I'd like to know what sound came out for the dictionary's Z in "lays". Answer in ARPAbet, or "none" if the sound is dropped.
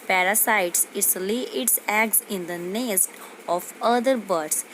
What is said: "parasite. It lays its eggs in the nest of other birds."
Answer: none